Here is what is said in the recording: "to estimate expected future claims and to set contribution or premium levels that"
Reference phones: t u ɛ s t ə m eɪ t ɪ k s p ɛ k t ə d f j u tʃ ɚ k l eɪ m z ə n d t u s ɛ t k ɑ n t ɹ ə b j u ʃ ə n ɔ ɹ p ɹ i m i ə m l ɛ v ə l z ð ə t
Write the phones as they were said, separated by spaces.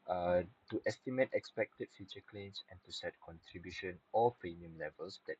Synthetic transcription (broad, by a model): t u ɛ s t ə m eɪ t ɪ k s p ɛ k t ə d f j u tʃ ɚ k l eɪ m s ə n t u s ɛ t k ɑ n t ɹ ə b j u ʃ ə n ɔ l p ɹ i m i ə m l ɛ v ə l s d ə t